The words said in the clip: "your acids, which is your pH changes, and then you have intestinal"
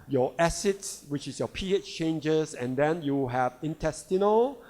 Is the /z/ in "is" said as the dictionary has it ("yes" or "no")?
no